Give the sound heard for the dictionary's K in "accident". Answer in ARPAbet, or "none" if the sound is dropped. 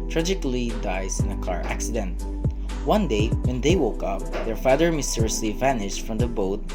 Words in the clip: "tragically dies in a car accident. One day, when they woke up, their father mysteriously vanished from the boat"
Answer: K